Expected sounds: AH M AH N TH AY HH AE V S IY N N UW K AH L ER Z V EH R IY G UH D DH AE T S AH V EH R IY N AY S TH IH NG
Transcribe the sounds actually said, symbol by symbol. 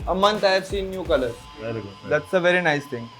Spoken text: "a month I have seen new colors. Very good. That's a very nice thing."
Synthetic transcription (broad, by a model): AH M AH N T AY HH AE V S IY N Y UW K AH L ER V EH R IY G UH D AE T S AH V EH R IY N AY S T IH NG